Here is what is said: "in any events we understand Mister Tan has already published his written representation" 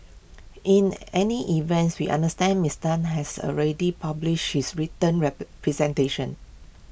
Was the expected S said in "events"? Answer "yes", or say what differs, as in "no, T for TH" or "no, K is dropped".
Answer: yes